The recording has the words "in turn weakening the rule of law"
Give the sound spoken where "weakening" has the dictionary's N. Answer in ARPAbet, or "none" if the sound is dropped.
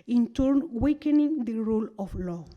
N